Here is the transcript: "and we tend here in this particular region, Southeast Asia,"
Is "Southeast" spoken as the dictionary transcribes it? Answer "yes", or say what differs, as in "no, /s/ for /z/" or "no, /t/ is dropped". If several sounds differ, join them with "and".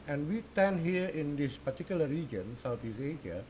no, /t/ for /θ/ and /t/ is dropped